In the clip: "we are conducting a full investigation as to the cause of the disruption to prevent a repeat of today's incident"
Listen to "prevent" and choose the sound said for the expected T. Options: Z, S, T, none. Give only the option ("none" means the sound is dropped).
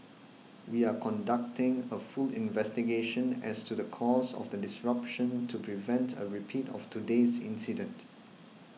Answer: T